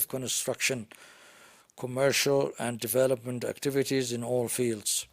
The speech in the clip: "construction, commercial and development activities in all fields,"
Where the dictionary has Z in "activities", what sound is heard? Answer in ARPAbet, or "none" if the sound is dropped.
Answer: Z